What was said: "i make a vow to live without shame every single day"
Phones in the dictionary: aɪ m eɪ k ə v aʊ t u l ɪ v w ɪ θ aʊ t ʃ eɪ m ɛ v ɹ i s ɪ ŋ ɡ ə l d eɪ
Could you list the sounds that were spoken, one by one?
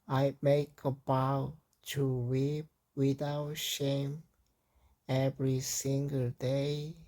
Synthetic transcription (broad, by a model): aɪ m eɪ k ə b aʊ t u w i p w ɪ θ aʊ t ʃ eɪ m ɛ v ɹ i s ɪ ŋ ɡ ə l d eɪ